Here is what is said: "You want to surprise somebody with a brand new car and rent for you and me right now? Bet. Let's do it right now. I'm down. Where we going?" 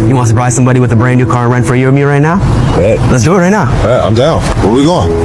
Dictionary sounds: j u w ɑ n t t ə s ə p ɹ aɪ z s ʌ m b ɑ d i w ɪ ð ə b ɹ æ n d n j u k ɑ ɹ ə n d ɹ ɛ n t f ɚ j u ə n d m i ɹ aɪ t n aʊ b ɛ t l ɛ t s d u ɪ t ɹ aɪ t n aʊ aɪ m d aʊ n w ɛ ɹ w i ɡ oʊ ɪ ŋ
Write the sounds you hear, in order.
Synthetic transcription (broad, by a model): j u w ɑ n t t ə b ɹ aɪ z s ʌ m b ɑ d i w ɪ ð ə b ɹ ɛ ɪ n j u k ɑ ɹ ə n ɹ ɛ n f ɚ j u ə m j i ɹ aɪ t n aʊ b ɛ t l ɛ t s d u ɪ t ɹ aɪ t n aʊ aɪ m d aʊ l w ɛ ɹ w i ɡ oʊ